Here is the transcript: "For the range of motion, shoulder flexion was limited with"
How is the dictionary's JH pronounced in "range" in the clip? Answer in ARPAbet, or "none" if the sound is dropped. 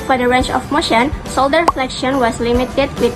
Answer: CH